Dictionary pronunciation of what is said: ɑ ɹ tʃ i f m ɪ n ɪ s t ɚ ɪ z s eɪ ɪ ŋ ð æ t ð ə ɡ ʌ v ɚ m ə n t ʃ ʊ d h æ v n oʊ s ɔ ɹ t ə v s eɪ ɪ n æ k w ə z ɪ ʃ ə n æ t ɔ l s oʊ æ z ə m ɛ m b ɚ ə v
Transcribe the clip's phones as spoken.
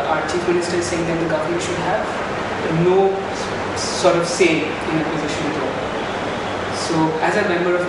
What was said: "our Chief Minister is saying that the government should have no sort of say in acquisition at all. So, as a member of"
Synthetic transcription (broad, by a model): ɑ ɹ tʃ i f m ɪ n ɪ s t ɚ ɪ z s eɪ ɪ ŋ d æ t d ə ɡ ʌ v ɚ m ə n t ʃ ʊ d h æ v n oʊ s ɔ ɹ t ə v s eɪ ɪ n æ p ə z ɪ ʃ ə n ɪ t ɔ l s oʊ æ z ə m ɛ m b ɚ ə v